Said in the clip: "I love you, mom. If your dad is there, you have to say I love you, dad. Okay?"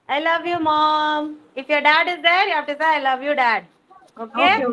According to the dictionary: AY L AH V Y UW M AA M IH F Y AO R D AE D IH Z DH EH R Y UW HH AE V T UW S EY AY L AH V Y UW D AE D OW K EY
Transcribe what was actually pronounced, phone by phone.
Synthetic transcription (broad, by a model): AY L AH V Y UW M AA M IH F Y AO R D AE D IH Z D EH R Y UW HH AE P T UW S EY AY L AH V Y UW D AE D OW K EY